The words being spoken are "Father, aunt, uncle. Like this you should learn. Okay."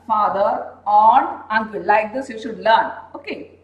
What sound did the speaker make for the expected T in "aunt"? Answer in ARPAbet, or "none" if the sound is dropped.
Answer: none